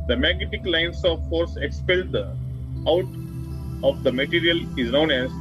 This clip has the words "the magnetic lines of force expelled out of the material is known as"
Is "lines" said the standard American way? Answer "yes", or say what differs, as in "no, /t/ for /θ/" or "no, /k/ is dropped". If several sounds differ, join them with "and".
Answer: no, /s/ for /z/